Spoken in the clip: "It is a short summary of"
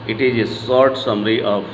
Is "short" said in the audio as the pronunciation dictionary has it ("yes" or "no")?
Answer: no